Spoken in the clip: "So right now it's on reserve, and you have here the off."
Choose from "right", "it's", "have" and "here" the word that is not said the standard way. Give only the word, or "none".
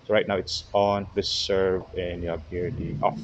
have